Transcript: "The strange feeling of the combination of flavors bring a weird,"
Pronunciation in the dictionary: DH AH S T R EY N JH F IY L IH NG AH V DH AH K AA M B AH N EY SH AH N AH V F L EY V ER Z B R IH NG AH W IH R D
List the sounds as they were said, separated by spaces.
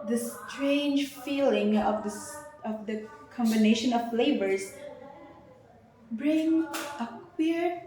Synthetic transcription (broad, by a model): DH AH S T R EY N JH F IY L IH NG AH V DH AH K AA M B AH N EY SH AH N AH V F L EY B ER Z B R IH NG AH W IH R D